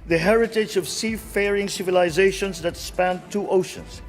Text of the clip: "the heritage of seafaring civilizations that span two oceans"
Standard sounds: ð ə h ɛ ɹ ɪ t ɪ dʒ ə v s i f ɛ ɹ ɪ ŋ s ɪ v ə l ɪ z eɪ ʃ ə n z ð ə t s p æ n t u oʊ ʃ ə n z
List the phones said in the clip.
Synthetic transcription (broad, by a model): ð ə h ɛ ɹ ɪ t ɪ dʒ ə v s i f ɛ ɹ ɪ ŋ s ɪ v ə l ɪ z eɪ ʃ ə n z ð ə t s p æ n t u oʊ ʃ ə n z